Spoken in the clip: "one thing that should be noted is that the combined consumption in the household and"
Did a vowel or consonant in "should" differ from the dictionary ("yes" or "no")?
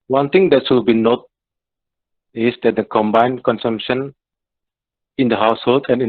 yes